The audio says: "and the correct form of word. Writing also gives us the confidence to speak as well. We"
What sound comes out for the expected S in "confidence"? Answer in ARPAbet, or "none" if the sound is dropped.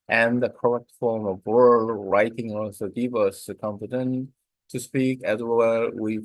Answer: none